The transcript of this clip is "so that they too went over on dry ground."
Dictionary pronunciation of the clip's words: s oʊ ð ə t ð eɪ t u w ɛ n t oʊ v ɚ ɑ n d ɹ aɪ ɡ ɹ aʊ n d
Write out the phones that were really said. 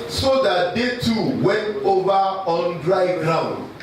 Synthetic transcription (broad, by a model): s oʊ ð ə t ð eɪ t u w ɛ n t oʊ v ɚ ɑ n d ɹ aɪ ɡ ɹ aʊ n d